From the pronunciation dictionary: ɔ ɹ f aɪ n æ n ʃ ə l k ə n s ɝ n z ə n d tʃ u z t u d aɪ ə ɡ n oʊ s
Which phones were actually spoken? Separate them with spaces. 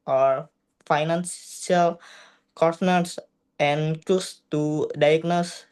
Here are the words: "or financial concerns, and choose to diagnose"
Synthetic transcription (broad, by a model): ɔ ɹ f aɪ n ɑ n s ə l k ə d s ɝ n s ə n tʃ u s t u d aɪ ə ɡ n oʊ s